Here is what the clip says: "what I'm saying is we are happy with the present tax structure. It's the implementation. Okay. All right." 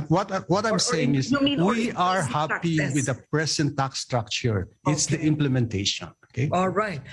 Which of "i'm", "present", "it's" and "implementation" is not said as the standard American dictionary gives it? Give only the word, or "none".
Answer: present